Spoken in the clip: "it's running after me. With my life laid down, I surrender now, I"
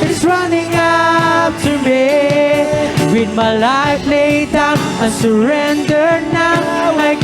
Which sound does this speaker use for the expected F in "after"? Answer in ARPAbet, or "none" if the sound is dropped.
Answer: P